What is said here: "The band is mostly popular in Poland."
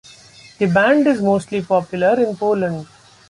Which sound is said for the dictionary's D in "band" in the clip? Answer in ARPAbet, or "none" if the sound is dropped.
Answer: D